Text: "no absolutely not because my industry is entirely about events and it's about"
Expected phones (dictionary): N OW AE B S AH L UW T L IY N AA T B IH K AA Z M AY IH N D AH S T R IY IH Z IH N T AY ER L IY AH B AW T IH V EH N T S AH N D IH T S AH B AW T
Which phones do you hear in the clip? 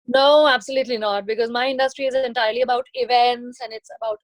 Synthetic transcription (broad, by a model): N OW AE B S AH L UW T L IY N AA T B IH K AA Z M AY IH N D AH S T R IY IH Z IH N T AY ER L IY AH B AW T IH V EH N T S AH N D IH T S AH B AW T